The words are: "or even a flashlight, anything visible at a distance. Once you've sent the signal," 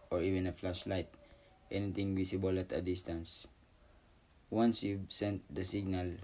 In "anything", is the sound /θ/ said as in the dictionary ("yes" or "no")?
no